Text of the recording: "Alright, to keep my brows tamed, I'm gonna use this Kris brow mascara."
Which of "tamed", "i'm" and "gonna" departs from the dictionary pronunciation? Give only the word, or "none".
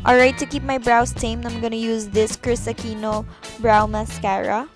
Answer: tamed